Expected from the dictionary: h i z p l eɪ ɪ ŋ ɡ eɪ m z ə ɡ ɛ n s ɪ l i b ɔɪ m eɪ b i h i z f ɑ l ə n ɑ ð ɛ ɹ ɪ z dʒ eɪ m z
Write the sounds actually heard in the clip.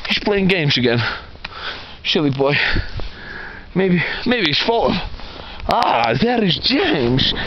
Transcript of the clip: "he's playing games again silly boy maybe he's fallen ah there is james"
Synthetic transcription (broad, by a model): h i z p l eɪ ɪ ŋ ɡ eɪ m z ə ɡ ɛ n ʃ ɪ l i b ɔɪ m eɪ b i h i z f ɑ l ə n ɑ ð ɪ ɹ ɪ z dʒ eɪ m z